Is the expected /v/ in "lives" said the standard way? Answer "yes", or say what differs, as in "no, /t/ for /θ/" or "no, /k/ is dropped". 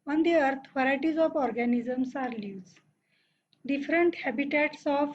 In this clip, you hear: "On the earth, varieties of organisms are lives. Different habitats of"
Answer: no, /v/ is dropped